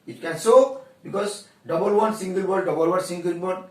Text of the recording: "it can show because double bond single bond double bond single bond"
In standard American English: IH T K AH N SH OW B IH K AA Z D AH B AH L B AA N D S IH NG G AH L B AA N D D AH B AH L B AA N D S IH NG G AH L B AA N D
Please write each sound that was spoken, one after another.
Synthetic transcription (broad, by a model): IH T K AH N S OW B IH K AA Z D AH B AH L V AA N S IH NG G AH L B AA D D AH B AH L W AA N S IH NG G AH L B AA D